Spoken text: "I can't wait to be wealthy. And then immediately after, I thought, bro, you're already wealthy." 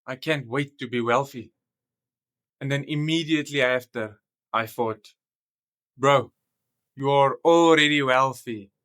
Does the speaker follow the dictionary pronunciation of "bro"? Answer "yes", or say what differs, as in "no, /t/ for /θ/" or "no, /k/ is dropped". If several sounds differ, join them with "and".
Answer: yes